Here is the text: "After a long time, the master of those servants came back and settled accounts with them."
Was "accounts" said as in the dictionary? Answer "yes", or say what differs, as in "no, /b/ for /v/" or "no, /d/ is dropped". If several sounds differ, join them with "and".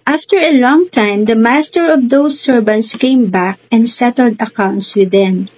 yes